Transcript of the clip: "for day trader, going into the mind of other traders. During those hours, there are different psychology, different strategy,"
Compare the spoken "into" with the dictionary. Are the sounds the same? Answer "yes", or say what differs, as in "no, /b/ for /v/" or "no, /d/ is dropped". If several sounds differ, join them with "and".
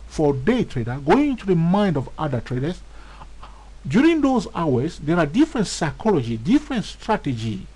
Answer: yes